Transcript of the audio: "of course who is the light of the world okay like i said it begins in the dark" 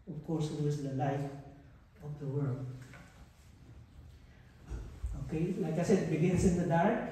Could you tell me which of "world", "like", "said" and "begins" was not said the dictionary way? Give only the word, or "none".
begins